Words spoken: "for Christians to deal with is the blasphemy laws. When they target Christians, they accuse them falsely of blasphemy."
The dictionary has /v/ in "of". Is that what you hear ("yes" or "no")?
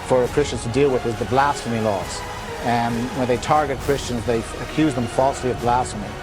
yes